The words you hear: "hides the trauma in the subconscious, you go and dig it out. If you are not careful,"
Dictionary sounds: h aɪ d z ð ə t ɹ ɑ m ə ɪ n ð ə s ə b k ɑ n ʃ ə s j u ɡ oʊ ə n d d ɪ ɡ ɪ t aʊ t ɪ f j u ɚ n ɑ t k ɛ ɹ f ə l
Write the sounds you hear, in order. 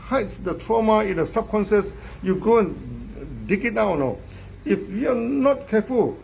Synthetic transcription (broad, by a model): h aɪ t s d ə t ɹ ɑ m ə ɪ n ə s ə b k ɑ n s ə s j u ɡ oʊ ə n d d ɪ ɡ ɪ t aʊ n ɪ f j u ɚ n ɑ t k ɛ f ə l